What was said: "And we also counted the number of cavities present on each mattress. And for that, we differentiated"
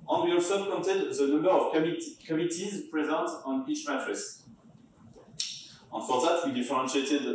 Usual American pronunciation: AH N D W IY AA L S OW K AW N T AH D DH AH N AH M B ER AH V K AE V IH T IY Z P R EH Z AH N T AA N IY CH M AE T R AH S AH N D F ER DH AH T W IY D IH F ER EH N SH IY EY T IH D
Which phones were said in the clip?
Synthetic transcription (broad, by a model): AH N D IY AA S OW K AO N T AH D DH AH N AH M B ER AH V K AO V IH T IY Z P R EH Z AH N T AA N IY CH M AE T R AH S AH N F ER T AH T W IY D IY F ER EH N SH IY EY T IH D